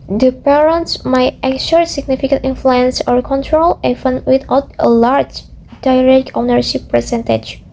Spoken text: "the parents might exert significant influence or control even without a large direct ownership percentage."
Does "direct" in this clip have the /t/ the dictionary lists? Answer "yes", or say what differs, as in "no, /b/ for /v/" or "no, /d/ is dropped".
no, /t/ is dropped